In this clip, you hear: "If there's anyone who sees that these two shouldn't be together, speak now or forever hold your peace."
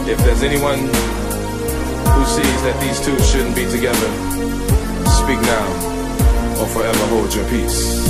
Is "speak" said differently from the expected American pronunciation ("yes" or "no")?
no